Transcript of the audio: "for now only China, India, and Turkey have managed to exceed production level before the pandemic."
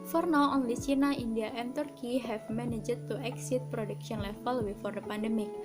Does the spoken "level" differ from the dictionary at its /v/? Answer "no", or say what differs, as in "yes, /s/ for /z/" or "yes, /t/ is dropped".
yes, /f/ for /v/